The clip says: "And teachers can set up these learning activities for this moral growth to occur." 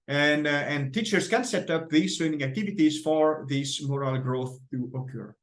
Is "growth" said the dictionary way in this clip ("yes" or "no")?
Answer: yes